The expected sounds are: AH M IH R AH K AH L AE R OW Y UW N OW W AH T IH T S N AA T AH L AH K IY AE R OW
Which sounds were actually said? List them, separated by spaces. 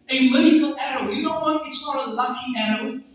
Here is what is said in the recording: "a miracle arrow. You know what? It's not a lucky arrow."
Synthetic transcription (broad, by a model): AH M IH AH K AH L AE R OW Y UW N OW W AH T IH T S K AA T AH L AH K IY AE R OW